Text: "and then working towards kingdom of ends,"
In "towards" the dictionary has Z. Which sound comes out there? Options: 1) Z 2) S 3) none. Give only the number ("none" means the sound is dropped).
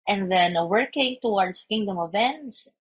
2